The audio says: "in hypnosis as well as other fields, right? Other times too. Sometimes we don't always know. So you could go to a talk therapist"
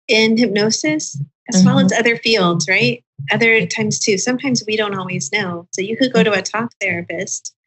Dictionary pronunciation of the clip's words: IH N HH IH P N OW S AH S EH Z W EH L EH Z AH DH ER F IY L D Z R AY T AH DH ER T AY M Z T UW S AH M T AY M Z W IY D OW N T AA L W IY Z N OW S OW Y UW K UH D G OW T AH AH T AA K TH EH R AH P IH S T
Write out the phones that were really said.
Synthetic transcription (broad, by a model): IH N HH IH P N OW S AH S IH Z W EH L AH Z AH DH ER F IY L D Z R AY T AH DH ER T AY M Z T UW S AH M T AY M Z W IY D OW N T AA L W IY Z N OW S OW Y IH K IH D G OW T AH AH T AA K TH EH R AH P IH S T